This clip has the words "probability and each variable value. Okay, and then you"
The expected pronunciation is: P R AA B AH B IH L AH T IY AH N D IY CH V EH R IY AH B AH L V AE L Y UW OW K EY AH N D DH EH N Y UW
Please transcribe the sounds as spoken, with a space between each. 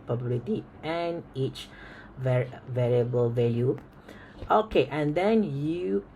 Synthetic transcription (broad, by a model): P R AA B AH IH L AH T IY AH N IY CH V EH R IY AH B AH L V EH L Y UW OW K EY AH N D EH N Y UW